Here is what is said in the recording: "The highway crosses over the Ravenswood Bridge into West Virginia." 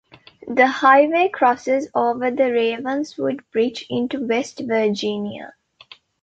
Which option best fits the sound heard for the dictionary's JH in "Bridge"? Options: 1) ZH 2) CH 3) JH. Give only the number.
2